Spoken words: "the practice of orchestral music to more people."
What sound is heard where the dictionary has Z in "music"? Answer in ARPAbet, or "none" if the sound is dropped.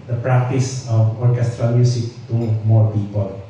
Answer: S